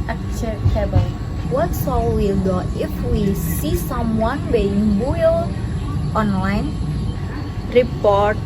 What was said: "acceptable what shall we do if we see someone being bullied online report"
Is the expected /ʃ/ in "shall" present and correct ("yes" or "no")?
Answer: no